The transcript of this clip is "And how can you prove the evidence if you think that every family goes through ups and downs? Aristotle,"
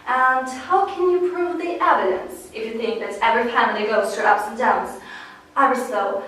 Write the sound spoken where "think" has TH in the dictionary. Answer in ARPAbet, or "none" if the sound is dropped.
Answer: TH